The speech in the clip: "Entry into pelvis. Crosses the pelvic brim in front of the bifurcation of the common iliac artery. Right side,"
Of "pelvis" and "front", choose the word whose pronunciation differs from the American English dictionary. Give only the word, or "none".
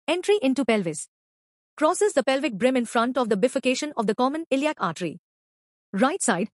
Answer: none